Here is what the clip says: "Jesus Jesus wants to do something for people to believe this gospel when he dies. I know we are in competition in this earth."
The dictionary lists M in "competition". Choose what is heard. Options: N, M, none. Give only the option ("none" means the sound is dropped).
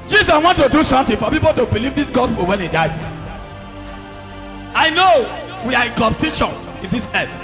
none